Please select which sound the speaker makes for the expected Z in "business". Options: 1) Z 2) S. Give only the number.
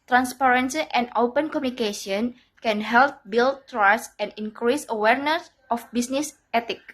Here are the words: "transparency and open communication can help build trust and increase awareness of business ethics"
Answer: 2